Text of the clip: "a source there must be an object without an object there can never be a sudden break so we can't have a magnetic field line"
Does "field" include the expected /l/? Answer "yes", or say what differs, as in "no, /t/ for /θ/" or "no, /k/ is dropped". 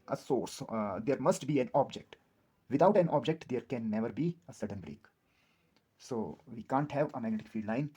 no, /l/ is dropped